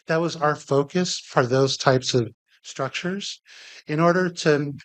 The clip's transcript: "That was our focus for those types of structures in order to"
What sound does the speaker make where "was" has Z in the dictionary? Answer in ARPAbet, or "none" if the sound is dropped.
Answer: Z